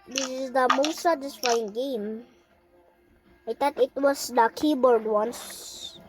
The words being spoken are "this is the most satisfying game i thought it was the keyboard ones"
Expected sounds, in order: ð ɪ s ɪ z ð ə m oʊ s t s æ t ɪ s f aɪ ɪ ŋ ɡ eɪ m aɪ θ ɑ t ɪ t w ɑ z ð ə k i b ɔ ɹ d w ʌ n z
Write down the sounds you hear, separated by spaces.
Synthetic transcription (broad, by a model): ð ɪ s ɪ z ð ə m oʊ s t s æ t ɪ s f aɪ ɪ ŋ ɡ eɪ m aɪ t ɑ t ɪ t w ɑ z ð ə k i b ɔ ɹ d w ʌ n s